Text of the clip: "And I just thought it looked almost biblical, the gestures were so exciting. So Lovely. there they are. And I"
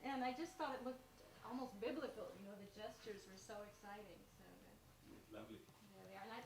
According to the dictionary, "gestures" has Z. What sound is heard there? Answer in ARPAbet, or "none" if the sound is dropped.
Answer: Z